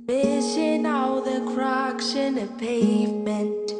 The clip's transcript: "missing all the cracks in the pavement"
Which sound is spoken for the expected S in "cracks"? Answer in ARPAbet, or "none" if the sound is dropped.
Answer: SH